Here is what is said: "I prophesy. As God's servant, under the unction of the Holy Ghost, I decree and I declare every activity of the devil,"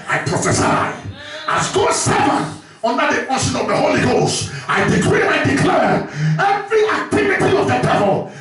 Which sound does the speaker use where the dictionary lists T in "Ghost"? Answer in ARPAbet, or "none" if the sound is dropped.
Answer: T